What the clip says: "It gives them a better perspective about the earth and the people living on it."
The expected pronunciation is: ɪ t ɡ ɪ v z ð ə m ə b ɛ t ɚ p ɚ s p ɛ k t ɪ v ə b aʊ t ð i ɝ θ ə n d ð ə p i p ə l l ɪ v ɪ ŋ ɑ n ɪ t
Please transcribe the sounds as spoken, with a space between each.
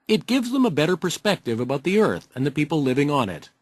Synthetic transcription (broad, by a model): ɪ t ɡ ɪ v z ð ə m ə b ɛ t ɚ p ɚ s p ɛ k t ɪ v ə b aʊ t ð i ɝ θ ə n ð ə p i p l l ɪ v ɪ ŋ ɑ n ɪ t